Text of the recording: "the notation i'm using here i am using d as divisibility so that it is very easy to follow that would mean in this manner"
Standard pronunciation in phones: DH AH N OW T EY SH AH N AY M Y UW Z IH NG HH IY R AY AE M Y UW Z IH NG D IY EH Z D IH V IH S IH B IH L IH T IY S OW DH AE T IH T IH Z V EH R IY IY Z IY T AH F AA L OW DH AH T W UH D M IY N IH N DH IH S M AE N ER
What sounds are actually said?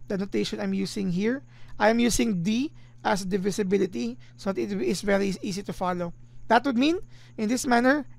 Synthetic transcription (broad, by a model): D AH N OW T EY SH AH N AY M Y UW S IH NG HH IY R AY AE M Y UW S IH NG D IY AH S D IH V IH S IH B IH L IH T IY S OW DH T IH T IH S V EH R IY IY S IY T AH F AA L OW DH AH T W UH D M IY N IH N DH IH S M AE N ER